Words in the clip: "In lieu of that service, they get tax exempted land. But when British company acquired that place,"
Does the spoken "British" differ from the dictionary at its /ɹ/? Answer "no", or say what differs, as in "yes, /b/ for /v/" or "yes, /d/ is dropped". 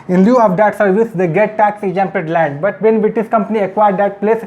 yes, /ɹ/ is dropped